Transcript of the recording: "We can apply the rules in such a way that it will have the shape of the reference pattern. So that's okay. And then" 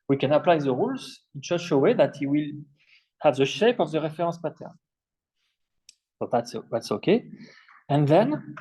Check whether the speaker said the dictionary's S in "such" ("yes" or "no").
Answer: no